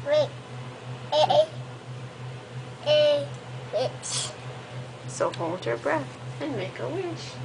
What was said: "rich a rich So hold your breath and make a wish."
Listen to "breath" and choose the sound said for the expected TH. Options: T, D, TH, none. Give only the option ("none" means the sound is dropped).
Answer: TH